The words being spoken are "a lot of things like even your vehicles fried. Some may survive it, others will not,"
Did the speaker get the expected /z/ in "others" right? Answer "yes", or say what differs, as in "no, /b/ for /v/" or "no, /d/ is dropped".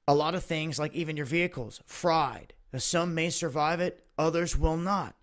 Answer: yes